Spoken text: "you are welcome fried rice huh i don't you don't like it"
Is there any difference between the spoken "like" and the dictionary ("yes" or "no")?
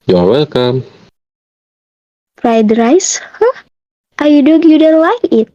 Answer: yes